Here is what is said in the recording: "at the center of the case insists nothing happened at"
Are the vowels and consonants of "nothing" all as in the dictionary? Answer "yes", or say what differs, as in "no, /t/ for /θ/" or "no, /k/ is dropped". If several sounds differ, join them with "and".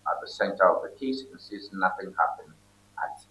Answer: yes